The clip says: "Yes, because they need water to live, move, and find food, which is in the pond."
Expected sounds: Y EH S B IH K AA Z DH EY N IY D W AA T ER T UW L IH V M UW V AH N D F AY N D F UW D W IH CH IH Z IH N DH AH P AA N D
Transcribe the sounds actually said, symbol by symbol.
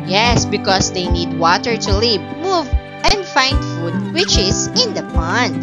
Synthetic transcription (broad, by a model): Y EH S B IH K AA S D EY N IY D W AA T ER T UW L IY P M UW V AH N D F AY N D F UW D W IH CH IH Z IH N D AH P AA N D